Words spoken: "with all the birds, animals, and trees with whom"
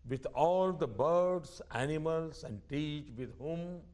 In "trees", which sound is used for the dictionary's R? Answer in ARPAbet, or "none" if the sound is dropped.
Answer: none